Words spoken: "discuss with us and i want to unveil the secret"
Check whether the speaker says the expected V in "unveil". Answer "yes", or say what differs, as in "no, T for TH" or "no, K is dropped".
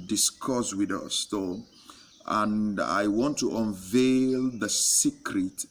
yes